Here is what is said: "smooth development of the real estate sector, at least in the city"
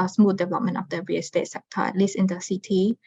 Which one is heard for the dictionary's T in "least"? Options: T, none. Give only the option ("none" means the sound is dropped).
none